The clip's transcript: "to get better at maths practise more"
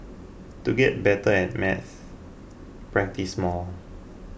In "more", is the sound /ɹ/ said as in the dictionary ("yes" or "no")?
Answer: no